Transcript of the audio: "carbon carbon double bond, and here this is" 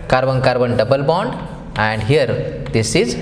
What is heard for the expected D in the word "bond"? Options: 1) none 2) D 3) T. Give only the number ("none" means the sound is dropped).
2